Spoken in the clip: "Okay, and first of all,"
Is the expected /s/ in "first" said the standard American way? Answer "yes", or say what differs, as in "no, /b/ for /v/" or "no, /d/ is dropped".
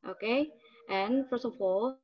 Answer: yes